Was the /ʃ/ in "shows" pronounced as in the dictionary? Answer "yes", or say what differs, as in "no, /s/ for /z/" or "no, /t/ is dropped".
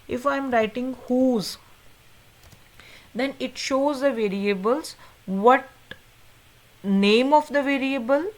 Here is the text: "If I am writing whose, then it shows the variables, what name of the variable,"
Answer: yes